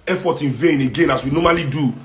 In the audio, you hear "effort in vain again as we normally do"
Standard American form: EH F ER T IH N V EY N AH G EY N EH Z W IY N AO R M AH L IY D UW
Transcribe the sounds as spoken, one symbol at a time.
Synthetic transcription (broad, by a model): EH F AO T IH N V EY N AH G EY N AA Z W IY N AO M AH L IY D UW